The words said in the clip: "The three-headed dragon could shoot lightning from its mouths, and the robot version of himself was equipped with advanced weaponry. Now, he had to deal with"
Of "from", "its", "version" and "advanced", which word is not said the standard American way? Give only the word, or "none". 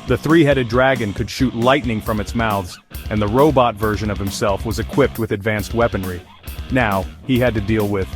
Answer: none